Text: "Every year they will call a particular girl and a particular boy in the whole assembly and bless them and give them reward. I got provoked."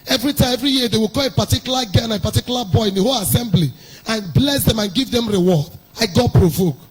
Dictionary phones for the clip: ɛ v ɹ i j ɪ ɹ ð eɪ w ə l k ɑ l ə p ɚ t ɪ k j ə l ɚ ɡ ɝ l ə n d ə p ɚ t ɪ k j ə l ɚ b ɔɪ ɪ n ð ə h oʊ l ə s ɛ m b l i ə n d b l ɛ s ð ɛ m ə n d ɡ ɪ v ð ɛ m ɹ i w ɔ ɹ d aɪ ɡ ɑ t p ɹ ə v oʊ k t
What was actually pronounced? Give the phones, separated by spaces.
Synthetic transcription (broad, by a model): ɛ v ɹ i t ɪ ɹ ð eɪ w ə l k ɑ l ə p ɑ t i k j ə l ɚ ɡ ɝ n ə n ə p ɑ t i k j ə l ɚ b ɔɪ ɪ n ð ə h oʊ l ə s ɛ m b l i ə n b l ɛ s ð ɛ m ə n ɡ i v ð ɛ m ɹ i w ɔ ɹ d aɪ ɡ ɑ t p ɹ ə v oʊ k